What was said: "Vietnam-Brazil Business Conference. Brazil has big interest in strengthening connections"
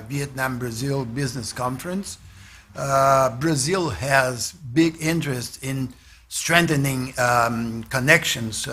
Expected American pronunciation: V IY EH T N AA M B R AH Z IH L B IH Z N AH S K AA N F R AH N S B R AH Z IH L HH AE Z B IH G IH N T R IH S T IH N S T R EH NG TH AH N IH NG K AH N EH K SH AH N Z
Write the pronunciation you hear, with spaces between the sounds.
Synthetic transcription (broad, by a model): V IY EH T N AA M B R AH Z IH L B IH Z N AH S K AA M F R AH N S B R AH Z IH L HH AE Z B IH G IH N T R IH S T IH N S T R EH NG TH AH N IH NG K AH N EH K SH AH N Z